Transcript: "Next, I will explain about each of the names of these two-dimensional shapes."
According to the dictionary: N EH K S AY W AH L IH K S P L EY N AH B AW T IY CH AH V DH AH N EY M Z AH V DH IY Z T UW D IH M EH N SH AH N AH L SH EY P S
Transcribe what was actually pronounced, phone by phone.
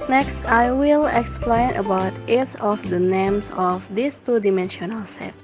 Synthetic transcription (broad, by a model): N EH K S AY W AH L IH K S P L EY N AH B AW T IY S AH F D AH N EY M S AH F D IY S T UW D IH M EH N SH AH N AH L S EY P